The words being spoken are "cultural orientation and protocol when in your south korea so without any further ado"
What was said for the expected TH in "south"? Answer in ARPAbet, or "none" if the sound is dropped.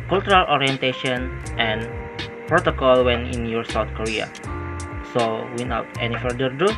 T